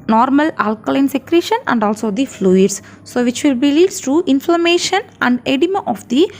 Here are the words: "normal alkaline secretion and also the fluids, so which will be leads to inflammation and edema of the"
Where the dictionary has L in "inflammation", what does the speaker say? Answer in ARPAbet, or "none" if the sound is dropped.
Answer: L